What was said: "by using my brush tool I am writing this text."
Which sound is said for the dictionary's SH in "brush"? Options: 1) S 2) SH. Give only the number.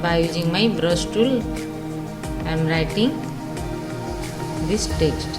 1